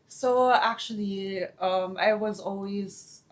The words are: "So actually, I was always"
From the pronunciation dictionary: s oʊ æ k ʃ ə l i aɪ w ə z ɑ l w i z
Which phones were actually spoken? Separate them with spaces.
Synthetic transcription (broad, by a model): s oʊ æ k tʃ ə l i aɪ w ə z ɑ l w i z